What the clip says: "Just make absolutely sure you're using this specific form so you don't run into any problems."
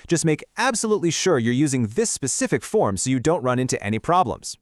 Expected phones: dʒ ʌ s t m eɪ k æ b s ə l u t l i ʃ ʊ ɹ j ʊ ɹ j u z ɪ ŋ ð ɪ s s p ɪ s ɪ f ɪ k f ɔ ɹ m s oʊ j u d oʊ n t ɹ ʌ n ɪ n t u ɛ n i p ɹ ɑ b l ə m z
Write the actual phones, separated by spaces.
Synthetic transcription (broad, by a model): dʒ ʌ s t m eɪ k æ b s ə l u t l i ʃ ʊ ɹ j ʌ ɹ j u z ɪ ŋ ð ɪ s s p ɪ s ɪ f ɪ k f ɔ ɹ m s oʊ j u d oʊ n t ɹ ʌ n ɪ n t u ɛ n i p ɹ ɑ b l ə m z